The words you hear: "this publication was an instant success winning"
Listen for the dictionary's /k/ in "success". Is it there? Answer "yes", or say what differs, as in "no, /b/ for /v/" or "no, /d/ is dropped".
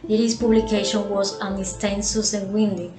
no, /k/ is dropped